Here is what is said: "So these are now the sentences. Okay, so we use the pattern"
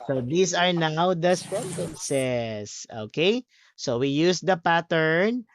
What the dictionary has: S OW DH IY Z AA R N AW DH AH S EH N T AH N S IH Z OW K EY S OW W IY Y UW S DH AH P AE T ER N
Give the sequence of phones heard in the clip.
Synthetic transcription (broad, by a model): S OW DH IY S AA R N AW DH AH S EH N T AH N S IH S OW K EY S OW W IY Y UW S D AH P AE T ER N